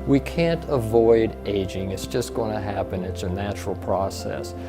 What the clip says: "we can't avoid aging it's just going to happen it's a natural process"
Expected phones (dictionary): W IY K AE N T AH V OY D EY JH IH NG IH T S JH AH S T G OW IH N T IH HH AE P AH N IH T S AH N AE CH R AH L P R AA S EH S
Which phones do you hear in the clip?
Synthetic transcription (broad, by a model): W IY K AE N T AH V OY D EY JH IH NG IH T S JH AH S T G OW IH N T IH HH AE P AH N IH T S AH N AE CH R L P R AA S EH S